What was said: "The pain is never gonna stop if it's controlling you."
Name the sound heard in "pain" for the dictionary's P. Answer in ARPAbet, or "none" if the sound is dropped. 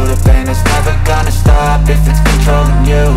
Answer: B